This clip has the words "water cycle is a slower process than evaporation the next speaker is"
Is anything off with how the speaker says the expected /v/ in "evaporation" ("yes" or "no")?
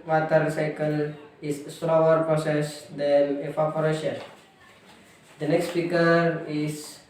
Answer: yes